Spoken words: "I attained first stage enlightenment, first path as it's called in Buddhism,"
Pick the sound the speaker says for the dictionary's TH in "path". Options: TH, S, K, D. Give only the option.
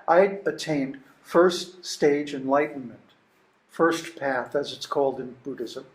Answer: TH